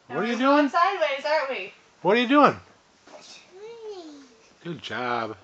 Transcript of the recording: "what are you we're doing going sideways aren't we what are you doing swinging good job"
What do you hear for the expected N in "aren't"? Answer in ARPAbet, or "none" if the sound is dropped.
none